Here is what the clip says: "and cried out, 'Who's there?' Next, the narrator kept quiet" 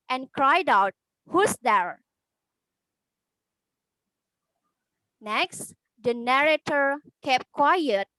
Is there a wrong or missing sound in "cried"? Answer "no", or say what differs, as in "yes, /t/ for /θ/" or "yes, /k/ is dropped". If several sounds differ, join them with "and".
no